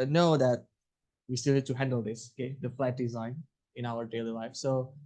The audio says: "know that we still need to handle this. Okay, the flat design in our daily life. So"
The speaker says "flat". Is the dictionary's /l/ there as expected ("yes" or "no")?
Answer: yes